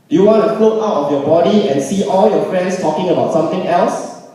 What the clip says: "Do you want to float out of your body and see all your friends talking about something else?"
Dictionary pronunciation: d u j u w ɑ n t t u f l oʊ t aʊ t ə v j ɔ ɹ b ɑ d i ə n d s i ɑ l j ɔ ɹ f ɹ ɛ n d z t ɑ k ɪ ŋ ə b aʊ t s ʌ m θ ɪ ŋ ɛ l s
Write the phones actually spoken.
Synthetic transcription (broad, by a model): j u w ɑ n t t u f l oʊ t aʊ t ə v j ɔ b ɑ d i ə n s i ɑ l j ɔ f ɹ ɛ n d s t ɑ k ɪ ŋ ə b aʊ t s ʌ m t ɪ ŋ ɛ l s